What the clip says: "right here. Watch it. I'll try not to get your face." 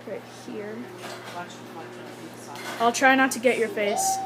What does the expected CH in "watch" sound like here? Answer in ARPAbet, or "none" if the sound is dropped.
none